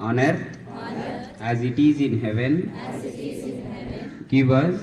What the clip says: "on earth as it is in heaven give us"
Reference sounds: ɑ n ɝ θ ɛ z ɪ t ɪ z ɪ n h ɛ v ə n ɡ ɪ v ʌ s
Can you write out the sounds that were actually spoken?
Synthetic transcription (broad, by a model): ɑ n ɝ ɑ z ɪ t ɪ z ɪ n h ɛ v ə n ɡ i b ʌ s